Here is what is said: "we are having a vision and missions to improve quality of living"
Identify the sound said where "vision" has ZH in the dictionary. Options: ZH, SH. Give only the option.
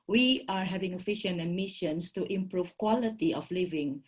SH